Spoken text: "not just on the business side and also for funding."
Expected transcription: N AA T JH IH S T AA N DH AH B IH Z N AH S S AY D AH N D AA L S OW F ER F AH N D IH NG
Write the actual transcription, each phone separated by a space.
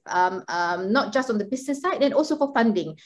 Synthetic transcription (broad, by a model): N AA T JH IH S T AA N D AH B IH S N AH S S AY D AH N AA L S OW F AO F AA N D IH NG